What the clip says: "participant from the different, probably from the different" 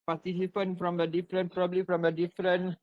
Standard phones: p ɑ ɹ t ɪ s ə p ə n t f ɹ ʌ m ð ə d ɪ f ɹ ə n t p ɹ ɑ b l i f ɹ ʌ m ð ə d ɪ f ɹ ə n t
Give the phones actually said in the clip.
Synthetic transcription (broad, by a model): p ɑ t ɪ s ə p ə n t f ɹ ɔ m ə d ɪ f ɹ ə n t p ɹ ɑ b l i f ɹ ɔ m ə d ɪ f ɹ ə n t